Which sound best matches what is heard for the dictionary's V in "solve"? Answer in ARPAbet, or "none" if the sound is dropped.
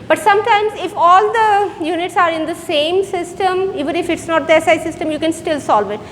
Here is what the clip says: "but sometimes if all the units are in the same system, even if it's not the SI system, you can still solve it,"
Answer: V